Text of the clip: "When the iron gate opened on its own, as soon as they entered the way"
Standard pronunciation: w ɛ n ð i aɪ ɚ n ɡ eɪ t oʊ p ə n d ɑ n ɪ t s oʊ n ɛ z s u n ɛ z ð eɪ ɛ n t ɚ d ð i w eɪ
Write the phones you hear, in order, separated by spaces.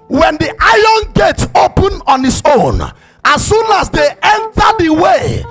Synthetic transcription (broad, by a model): w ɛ n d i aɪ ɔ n ɡ eɪ t oʊ p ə n ɑ n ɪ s oʊ n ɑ s u n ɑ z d eɪ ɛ n t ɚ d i w eɪ